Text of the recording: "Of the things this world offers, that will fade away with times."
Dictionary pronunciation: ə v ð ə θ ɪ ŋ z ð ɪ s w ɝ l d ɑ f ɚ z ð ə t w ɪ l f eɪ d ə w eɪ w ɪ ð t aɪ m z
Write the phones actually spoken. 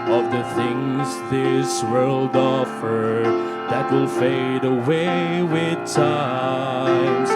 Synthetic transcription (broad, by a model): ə v ð ə θ ɪ ŋ z ð ɪ s w ɝ l d ɑ f ɚ ð ə t w ɪ l f eɪ d ə w eɪ w ɪ ð t aɪ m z